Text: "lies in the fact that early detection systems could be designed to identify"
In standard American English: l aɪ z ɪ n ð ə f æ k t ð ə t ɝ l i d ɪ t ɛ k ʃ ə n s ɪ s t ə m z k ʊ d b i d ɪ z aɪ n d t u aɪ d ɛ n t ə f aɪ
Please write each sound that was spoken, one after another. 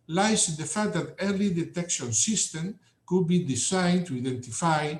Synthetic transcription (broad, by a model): l aɪ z ɪ n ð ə f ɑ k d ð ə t ɝ l i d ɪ t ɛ k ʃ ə n s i s t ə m k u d b i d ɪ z aɪ n t u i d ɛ n t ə f aɪ